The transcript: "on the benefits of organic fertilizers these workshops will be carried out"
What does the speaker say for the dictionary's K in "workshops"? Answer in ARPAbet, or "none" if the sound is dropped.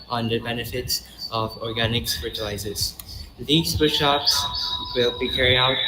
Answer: none